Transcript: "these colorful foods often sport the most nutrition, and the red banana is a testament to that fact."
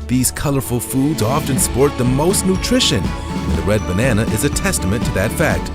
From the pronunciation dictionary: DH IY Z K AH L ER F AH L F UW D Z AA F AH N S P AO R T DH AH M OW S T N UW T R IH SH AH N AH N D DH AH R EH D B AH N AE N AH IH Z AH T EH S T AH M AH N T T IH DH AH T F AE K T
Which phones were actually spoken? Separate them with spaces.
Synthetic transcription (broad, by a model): DH IY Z K AH L ER F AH L F UW D Z AA F AH N S P AO R T DH AH M OW S T N UW T R IH SH AH N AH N DH AH R EH D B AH N AE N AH IH Z AH T EH S T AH M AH N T T IH DH AH T F AE K T